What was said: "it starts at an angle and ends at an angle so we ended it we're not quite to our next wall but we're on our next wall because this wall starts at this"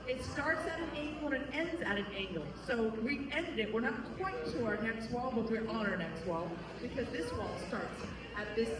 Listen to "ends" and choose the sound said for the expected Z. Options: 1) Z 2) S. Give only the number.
1